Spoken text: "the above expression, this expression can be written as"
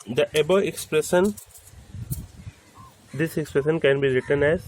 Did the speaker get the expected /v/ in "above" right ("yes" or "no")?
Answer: no